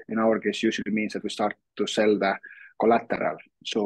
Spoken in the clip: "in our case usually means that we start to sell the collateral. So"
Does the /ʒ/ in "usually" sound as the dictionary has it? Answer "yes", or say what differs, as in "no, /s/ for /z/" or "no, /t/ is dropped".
no, /s/ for /ʒ/